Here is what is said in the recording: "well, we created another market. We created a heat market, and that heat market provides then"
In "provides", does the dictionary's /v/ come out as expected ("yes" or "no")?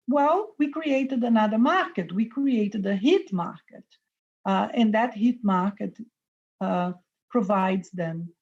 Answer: yes